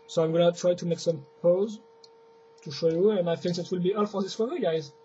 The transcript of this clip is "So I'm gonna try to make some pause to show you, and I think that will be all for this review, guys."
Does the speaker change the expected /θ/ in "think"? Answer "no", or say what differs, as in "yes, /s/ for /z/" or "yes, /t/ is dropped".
yes, /f/ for /θ/